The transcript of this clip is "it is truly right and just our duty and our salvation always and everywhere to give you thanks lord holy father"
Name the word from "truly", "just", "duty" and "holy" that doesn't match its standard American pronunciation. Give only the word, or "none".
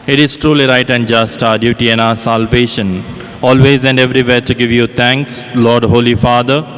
none